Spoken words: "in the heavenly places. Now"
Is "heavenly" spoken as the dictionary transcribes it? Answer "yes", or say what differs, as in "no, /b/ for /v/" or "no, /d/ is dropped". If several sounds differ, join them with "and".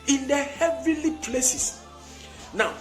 no, /n/ is dropped